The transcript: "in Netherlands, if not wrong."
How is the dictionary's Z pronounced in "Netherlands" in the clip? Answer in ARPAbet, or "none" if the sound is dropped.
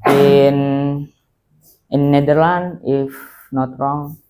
none